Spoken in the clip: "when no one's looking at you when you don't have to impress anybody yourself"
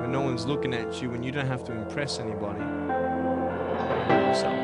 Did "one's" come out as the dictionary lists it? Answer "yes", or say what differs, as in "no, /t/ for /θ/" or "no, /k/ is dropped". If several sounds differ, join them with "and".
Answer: yes